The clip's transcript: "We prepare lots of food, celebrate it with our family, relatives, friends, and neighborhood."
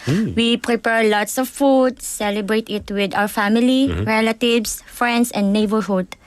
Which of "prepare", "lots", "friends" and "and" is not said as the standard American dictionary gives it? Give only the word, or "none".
friends